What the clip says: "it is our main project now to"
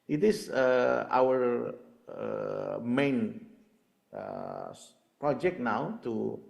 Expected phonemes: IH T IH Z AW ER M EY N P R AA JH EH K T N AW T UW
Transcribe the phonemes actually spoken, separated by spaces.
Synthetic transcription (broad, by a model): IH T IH S AW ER M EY N P R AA JH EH K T N AW T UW